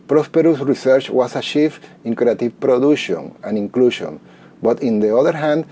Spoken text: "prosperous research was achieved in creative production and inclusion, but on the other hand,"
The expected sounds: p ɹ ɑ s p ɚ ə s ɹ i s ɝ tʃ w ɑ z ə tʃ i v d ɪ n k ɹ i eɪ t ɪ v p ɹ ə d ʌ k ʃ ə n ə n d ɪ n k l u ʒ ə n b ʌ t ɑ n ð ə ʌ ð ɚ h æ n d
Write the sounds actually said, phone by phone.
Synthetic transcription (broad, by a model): p ɹ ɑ s p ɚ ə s ɹ i s ɝ tʃ w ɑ s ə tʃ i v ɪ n k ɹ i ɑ t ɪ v p ɹ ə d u ʃ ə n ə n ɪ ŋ k l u ʃ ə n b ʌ t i n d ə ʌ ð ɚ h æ n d